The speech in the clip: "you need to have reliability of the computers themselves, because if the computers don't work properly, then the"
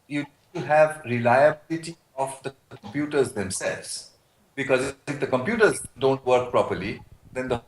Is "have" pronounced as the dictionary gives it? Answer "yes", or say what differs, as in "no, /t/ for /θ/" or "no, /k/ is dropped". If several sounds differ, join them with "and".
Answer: yes